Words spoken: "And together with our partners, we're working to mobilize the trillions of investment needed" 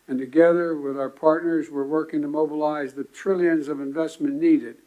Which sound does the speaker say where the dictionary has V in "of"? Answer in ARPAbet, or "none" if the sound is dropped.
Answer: V